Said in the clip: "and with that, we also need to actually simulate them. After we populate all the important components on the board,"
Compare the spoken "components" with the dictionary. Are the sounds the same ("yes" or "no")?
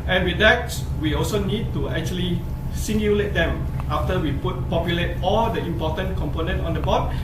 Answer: no